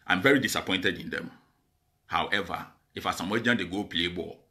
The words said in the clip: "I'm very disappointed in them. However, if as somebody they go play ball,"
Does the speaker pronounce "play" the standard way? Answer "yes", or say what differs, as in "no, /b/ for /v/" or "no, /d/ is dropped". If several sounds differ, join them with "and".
yes